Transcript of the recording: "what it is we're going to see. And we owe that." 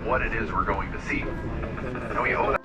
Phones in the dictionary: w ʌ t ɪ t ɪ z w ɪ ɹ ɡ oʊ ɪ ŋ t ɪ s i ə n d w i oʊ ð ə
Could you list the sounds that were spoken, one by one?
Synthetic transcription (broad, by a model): w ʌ t ɪ t ɪ z w ɪ ɹ ɡ oʊ ɪ ŋ t ɪ s i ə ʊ oʊ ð